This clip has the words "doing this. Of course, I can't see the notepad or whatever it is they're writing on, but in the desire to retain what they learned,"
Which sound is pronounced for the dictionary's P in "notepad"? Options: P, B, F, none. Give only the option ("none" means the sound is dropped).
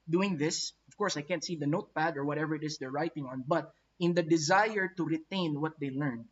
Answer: P